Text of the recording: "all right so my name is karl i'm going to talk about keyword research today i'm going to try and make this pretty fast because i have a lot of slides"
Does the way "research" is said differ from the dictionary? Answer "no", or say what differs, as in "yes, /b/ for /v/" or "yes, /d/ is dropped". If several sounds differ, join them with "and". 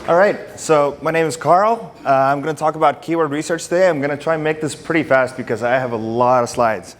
no